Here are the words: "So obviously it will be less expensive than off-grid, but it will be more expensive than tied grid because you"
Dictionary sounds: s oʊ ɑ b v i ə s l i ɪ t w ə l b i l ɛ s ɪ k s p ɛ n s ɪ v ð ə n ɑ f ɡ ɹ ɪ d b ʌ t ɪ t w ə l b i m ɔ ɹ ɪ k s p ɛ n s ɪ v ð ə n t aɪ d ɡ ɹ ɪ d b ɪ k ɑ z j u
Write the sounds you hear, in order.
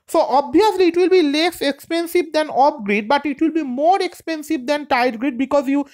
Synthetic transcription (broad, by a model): s oʊ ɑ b i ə s l i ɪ t w ə l b i l ɛ s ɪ k s p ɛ n s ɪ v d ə n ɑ p ɡ ɹ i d b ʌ t ɪ t w ə l b i m ɔ ɹ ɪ k s p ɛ n s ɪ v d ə n t aɪ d ɡ ɹ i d b ɪ k ɑ z j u